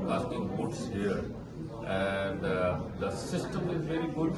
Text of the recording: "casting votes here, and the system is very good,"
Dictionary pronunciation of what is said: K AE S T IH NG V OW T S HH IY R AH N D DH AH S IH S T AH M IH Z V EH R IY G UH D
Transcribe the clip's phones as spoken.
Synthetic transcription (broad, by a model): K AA S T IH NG B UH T S HH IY R AH N D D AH S IH S T AH M IH Z V EH R IY G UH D